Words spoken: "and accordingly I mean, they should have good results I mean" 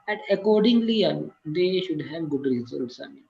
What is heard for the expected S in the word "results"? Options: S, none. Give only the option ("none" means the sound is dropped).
S